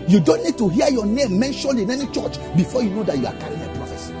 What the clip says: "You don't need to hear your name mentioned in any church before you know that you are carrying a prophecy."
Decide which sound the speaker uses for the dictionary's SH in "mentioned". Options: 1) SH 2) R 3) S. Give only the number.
1